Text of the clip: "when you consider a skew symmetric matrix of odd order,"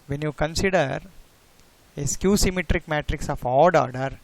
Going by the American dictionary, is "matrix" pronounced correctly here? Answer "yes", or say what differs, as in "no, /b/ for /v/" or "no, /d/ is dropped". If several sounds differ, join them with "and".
yes